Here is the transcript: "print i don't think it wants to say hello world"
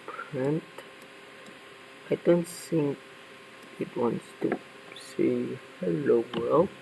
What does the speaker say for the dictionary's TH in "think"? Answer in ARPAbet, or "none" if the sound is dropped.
S